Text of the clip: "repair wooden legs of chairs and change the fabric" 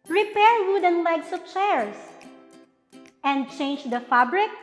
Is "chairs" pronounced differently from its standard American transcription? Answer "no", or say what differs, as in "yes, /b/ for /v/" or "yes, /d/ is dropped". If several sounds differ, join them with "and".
yes, /s/ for /z/